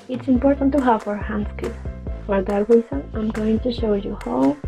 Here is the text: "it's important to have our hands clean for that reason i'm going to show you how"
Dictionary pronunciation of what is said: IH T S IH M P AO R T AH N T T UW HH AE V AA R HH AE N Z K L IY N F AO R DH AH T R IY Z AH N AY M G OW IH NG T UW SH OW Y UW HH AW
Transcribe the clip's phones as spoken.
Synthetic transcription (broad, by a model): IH T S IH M P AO R T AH N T T UW HH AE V AA R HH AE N S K IY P F AO R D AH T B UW S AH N AY M G OW IH NG T UW SH OW Y UW HH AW